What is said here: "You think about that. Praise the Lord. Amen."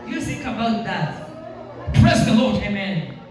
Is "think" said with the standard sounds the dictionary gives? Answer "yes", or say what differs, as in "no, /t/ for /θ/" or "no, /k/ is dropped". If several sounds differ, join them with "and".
no, /s/ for /θ/ and /ŋ/ is dropped